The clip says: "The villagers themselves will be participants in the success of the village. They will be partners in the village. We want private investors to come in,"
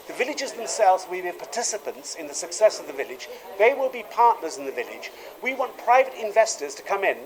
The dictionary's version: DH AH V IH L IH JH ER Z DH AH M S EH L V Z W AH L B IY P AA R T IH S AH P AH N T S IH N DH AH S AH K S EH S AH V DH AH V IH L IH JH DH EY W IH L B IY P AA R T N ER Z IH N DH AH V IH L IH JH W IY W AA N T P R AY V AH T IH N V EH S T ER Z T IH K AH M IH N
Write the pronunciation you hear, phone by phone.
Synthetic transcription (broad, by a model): DH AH V IH L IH JH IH Z DH AH M S EH L V Z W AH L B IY P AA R T IH S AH P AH N T S IH N DH AH S AH K S EH S AH V DH AH V IH L IH JH DH EY W IH L B IY P AA R T N ER Z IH N DH AH V IH L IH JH W IY W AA N P R AY V AH T IH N V EH S T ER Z T IH K AH M IH N